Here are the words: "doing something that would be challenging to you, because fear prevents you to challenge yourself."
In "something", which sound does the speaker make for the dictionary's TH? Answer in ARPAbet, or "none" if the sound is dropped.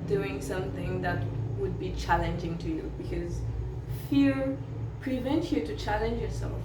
TH